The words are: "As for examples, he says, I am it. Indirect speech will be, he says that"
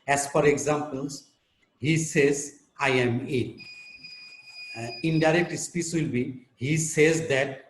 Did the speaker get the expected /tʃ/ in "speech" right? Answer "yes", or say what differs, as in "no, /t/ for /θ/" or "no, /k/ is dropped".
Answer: no, /s/ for /tʃ/